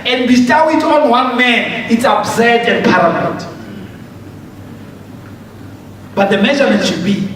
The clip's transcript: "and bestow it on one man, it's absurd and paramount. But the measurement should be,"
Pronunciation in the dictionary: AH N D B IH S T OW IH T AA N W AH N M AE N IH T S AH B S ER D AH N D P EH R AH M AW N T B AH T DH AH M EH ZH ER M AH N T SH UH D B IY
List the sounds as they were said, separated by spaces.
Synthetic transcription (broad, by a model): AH N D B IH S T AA IH T AA N W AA N M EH N IH T S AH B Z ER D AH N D P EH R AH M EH L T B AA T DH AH M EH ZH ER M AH N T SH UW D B IY